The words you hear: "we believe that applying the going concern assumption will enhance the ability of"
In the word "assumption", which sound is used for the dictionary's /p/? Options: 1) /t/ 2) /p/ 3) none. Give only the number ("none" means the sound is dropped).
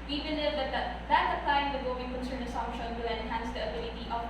3